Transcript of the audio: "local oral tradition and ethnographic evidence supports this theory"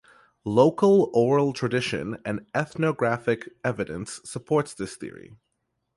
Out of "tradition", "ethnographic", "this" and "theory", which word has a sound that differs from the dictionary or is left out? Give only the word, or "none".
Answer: none